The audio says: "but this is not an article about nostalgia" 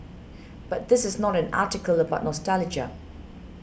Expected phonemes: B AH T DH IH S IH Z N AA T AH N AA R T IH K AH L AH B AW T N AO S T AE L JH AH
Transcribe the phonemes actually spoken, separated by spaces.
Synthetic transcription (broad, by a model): B AH T DH IH S IH Z N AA T AH N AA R T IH K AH L AH B AW T N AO S T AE L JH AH